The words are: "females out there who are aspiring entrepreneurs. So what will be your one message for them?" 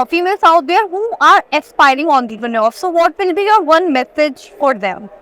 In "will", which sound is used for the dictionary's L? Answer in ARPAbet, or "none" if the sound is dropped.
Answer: N